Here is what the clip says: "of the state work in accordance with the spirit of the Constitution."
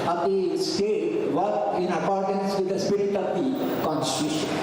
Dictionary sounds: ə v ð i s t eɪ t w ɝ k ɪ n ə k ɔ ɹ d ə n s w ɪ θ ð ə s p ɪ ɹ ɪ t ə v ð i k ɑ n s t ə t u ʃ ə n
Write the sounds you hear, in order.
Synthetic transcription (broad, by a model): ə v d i s t eɪ t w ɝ ɪ n ə k ɔ ɹ d ə n s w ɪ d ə s p ɪ ɹ ɪ t ə v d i k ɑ n s t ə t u ʃ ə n